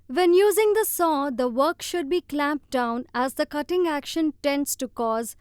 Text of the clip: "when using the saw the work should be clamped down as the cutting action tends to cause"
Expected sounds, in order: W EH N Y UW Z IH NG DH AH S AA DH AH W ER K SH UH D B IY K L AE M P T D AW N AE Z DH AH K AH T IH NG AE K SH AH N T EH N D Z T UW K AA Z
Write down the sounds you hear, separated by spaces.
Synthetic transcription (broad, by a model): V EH N Y UW Z IH NG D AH S AA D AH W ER K SH UH D B IY K L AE M P D AW N AE Z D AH K AH T IH NG AE K SH AH N T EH N D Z T UW K AA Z